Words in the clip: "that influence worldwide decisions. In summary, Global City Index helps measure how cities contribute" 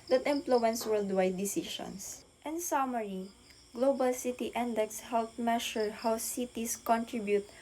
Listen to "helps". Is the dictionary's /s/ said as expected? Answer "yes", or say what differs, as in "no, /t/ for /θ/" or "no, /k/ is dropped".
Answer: no, /s/ is dropped